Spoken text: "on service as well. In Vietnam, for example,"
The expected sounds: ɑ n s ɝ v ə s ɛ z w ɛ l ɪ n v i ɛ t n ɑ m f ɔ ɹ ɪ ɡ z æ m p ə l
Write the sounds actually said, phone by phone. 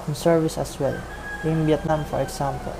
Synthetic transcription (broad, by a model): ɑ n s ɝ v ə s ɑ s w ɛ l ɪ n b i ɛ t n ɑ m f ɔ ɹ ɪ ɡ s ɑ m p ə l